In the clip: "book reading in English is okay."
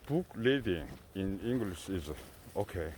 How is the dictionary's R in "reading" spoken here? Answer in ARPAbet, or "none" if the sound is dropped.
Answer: L